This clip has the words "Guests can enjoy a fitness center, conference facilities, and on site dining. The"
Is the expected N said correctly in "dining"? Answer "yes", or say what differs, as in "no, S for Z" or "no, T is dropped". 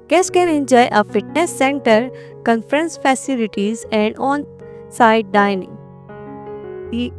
yes